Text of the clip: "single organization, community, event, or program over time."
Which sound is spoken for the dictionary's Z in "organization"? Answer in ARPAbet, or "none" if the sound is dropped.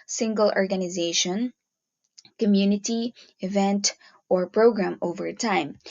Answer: Z